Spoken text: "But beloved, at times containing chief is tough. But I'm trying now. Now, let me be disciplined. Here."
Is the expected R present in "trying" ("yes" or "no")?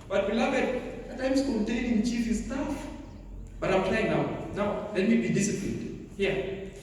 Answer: no